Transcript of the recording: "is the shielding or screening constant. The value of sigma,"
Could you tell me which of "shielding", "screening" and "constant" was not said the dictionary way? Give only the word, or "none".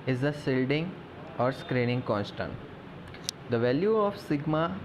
shielding